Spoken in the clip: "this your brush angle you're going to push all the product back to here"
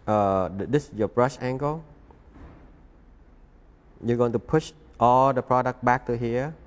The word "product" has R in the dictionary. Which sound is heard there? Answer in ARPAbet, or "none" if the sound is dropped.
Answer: R